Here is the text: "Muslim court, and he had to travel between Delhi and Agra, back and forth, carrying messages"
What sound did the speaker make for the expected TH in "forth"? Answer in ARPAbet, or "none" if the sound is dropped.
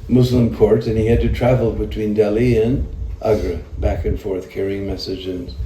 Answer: TH